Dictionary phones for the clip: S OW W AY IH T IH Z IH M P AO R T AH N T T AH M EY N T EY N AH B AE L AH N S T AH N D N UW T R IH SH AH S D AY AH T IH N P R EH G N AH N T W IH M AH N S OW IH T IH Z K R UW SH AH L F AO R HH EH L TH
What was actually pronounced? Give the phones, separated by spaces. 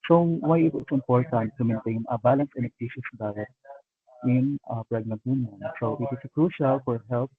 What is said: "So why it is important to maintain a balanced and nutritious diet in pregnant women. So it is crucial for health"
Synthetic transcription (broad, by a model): S OW W AY IH T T S IH M P AO R T AH N T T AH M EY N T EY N AH B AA L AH N S AH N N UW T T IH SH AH S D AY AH T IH N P R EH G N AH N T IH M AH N S OW IH T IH S K R UW SH AH L F AO R HH EH L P